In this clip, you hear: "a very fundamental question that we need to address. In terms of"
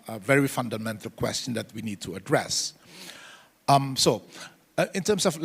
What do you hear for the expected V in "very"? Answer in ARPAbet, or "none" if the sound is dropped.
V